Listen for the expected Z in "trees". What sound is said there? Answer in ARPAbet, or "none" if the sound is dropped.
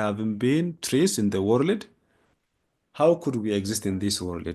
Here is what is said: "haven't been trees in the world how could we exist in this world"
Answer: S